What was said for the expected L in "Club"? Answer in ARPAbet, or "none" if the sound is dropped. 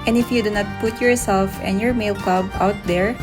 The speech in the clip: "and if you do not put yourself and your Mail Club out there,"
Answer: none